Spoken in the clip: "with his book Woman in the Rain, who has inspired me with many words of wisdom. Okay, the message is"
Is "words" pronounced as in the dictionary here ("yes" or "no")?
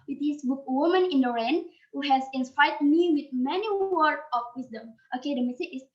no